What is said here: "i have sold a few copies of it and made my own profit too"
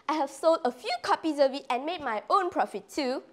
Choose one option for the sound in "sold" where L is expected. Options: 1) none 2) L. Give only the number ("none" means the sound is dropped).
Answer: 2